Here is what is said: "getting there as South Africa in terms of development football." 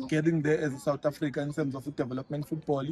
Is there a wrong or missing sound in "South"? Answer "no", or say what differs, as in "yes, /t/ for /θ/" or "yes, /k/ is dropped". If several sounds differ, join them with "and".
yes, /t/ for /θ/